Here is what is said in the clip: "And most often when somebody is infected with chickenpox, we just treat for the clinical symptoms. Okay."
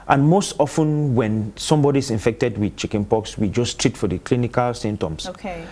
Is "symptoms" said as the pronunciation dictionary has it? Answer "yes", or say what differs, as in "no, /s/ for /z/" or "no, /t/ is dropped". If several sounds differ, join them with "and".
no, /p/ is dropped